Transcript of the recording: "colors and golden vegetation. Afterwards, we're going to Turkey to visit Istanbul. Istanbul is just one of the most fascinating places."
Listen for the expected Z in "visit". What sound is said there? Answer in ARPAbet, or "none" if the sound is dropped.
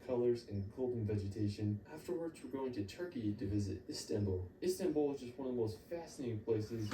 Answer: Z